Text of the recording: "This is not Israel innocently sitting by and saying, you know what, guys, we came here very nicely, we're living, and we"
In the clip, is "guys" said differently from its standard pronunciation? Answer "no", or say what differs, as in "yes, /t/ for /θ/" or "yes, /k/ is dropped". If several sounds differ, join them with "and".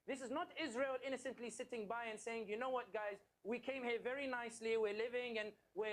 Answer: no